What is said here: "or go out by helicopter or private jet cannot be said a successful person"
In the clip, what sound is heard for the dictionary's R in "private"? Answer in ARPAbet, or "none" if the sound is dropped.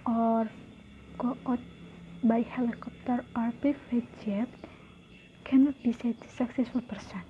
none